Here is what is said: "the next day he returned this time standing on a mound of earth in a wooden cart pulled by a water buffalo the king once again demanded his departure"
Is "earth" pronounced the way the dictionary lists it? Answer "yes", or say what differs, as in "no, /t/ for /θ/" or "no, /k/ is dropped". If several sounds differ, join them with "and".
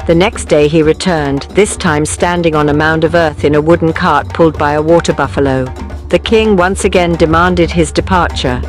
yes